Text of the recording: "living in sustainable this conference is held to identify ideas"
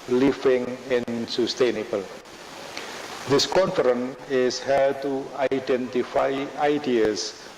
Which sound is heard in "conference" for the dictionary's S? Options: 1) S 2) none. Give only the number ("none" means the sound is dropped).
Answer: 2